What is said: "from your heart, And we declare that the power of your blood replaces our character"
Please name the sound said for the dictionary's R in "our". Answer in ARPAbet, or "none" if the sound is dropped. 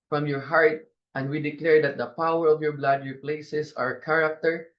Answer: R